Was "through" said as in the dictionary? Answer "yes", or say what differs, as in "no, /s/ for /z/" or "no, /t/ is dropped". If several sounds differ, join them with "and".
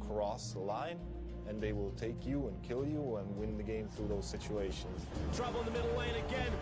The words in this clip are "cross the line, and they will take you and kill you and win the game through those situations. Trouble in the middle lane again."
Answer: yes